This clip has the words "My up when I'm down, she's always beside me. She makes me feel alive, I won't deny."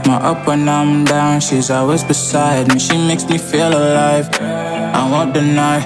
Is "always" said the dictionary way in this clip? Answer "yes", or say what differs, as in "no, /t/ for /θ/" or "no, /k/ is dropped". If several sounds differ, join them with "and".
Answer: no, /l/ is dropped